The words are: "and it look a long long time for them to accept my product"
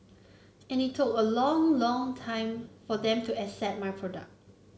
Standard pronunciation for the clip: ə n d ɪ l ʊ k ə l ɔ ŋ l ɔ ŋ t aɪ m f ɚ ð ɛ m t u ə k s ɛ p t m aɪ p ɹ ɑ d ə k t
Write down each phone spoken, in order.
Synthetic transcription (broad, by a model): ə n ɪ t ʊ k ə l ɔ ŋ l ɔ ŋ t aɪ m f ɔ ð ɛ m t u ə s ɛ t m aɪ p ɹ ɑ d ə k t